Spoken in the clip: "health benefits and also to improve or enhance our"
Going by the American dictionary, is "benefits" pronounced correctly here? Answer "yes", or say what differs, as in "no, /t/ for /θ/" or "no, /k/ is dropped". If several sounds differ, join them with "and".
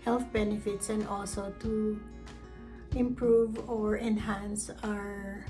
yes